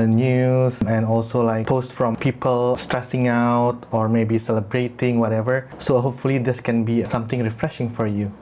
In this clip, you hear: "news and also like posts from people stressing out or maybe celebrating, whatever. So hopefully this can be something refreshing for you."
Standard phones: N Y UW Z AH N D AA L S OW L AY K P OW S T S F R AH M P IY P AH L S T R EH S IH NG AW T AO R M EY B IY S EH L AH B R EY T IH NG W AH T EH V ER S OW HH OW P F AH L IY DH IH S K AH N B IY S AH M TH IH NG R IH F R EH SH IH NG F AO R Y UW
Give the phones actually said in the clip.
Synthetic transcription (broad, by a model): N Y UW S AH N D AA L S OW L AY K P OW S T F R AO M P IY P AH L S T R EH S IH NG AW T AO R M EY B IY S EH L AH B R EY T IH NG W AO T EH V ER S OW HH OW P F AH L IY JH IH S K AH N B IY S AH M T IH NG R IH F R EH SH IH NG F AO R Y UW